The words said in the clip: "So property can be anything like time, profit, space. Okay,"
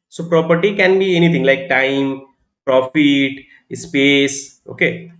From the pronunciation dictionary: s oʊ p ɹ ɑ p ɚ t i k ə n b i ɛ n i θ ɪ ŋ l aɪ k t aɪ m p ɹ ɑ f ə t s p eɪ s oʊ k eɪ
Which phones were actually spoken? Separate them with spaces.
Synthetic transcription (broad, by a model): s oʊ p ɹ ɑ p ɚ t i k ə n b i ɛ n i t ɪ ŋ l aɪ k t aɪ m p ɹ ɑ f ə t s p eɪ s oʊ k eɪ